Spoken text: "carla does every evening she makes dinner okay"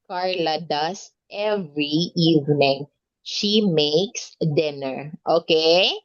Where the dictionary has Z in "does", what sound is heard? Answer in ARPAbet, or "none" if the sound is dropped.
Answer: S